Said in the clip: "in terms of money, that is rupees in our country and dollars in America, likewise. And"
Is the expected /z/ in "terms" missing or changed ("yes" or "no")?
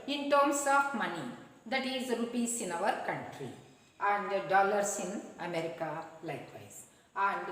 yes